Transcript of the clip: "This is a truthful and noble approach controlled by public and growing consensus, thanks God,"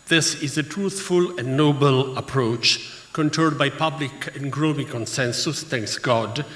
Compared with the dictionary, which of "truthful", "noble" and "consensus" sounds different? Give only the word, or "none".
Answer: none